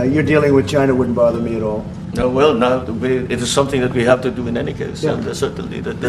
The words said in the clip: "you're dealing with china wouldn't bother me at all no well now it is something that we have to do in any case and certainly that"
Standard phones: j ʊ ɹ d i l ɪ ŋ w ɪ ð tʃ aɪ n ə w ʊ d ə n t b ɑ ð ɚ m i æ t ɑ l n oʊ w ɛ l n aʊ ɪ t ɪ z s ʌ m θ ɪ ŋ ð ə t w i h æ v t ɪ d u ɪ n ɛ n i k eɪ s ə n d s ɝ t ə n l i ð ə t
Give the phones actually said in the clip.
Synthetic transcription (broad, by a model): j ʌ ɹ d i l ɪ ŋ w ɪ ð tʃ aɪ n ə w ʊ d n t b ɑ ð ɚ m i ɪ t ɑ l n oʊ w ɛ l n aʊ ɪ t ɪ z s ʌ m θ ɪ ŋ ð ə t w i h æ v t ɪ d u ɪ n ɛ n i k eɪ s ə s ɝ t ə n l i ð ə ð